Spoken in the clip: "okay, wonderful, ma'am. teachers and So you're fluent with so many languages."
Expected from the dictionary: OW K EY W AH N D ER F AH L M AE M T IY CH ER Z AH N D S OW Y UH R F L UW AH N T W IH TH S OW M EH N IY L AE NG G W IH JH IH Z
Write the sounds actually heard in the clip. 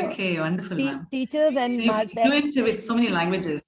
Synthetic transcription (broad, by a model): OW K EY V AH N D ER F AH L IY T IY CH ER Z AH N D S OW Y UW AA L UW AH T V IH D S OW M EH N IY L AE NG G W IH JH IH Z